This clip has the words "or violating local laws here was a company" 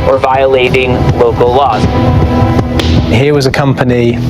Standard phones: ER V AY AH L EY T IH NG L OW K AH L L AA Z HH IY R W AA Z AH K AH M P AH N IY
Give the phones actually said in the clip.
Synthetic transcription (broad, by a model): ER V AY AH L EY T IH NG L OW K AH L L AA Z HH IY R W AA Z AH K AH M P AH N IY